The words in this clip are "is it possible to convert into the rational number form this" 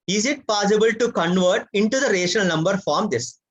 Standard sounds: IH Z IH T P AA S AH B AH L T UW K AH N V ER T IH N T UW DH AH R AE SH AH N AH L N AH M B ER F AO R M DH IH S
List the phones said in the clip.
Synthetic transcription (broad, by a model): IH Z IH T P AA S AH B AH L T UW K AH N V ER T IH N T UW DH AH R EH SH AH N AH L N AH M B ER F AO R M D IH S